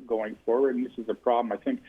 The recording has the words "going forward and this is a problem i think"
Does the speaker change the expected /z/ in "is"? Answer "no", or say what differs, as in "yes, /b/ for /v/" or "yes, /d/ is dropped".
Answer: no